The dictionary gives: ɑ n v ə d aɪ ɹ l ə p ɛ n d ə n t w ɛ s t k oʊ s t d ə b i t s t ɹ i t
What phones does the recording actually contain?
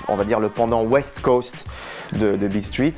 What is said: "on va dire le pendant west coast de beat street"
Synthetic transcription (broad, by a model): ɑ v ə d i ɹ l ə p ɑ d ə w ɛ s t k oʊ s t d ə b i s t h i t